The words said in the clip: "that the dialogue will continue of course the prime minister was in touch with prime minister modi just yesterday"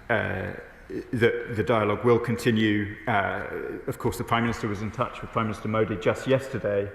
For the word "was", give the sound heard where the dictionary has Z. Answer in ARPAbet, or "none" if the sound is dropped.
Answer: Z